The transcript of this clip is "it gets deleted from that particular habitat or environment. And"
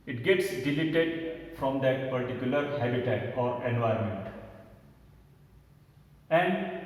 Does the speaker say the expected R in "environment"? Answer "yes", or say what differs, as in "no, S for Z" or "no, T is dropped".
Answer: no, R is dropped